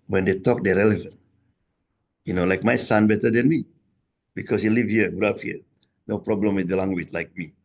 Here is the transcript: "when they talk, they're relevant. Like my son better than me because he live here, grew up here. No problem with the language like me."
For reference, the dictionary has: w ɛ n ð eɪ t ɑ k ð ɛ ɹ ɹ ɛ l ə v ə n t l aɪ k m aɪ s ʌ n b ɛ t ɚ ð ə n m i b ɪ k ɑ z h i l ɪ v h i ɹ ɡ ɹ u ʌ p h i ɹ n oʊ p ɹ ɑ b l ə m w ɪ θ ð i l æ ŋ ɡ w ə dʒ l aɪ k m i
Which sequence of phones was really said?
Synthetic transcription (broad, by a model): w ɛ n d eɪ t ɑ k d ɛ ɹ ɹ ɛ l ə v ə n t l aɪ k m aɪ s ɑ n b ɛ t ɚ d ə n m i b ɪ k ɑ s h i l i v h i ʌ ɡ u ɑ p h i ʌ n oʊ p ɹ ɑ b l ə m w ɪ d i l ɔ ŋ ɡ w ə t l aɪ k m i